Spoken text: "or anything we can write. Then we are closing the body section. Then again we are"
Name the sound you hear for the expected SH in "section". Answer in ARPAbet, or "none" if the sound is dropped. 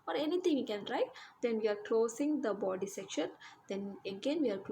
SH